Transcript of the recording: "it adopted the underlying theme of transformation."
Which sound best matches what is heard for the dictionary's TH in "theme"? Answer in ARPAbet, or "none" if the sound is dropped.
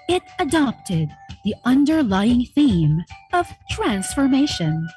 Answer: TH